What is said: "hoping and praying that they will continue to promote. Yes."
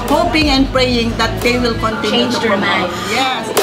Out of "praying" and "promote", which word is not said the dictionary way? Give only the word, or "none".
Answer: promote